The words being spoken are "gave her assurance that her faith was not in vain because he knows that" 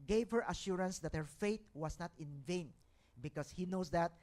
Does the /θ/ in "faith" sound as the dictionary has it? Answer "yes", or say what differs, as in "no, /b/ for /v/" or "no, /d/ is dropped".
no, /t/ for /θ/